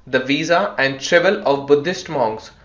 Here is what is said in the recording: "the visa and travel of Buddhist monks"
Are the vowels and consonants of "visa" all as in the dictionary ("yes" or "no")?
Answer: yes